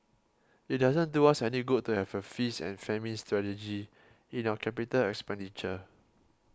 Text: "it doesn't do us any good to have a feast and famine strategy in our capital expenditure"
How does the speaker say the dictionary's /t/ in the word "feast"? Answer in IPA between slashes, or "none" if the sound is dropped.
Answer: none